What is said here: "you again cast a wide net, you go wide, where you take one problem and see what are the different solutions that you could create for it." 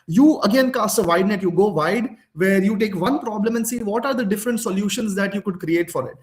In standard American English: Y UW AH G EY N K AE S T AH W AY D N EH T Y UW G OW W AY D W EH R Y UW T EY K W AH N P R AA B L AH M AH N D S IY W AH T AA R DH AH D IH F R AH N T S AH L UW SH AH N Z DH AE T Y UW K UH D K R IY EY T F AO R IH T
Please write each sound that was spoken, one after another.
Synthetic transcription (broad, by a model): Y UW AH G EY N K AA S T AH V AY D N EH T Y UW G OW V AY D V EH R Y UW T EY K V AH N P R AA B L AH M AH N D S IY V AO T AA R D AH D IH F R AH N T S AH L UW SH AH N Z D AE T Y UW K UH D K R IY EY T F AO R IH T